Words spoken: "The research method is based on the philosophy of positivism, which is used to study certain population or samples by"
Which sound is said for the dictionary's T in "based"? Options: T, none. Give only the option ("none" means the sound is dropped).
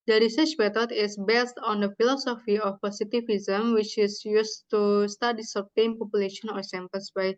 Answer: T